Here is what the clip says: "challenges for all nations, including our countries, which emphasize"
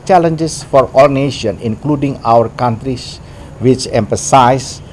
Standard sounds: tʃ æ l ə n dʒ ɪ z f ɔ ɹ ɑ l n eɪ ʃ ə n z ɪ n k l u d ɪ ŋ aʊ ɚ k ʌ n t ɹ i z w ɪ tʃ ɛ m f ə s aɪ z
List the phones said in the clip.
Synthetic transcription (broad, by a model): tʃ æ l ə n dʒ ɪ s f ɔ ɹ ɑ l n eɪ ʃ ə n ɪ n k l u d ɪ ŋ aʊ ɚ k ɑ n t ɹ i s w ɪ tʃ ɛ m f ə s aɪ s